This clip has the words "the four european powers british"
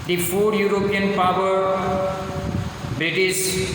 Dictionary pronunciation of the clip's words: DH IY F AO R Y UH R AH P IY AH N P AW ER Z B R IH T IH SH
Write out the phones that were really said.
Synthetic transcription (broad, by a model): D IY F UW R Y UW R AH P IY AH N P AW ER B R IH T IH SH